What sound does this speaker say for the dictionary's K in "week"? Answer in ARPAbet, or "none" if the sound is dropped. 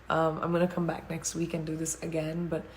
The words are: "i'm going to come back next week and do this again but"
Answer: K